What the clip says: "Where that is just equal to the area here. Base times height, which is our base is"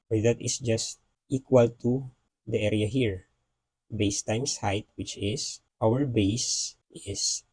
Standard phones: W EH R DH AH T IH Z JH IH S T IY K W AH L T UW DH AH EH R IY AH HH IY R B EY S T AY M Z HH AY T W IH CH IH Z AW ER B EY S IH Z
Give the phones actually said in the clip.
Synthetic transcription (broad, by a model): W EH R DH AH T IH S JH IH S T IY K W AH L T UW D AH EH R IY AH HH IY R B EY S T AY M S HH AY T W IH CH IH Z AW ER B EY S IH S